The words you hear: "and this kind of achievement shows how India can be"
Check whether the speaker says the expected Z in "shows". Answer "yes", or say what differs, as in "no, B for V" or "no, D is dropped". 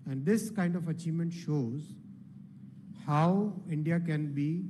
yes